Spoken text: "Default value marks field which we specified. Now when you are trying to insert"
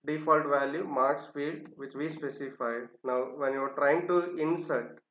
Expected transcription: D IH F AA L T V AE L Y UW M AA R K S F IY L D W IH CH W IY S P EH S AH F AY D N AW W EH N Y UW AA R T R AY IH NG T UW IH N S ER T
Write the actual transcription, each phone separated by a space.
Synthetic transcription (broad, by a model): D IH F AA L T V AE L Y UW M AA R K S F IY D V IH CH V IY S P EH S AH F AY D N AW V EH N Y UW AA R T R AY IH NG T UW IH N S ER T